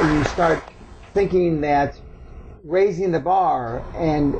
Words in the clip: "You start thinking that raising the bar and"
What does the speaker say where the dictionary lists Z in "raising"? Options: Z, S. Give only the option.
Z